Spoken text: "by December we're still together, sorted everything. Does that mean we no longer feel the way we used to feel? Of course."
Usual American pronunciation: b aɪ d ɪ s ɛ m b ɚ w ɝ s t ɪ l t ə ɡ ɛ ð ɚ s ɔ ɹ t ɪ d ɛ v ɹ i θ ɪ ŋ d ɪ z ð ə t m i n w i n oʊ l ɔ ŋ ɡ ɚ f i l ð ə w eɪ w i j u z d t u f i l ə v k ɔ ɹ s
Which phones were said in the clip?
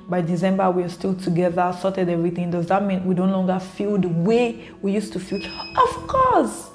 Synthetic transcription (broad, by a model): b aɪ d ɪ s ɛ m b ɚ w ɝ s t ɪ l t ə ɡ ɛ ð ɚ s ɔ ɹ t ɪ d ɛ v ɹ i θ ɪ ŋ d ɪ z ð ə t m i n w i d oʊ l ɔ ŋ ɡ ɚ f i l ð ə w eɪ w i j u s t u f i l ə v k ɔ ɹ s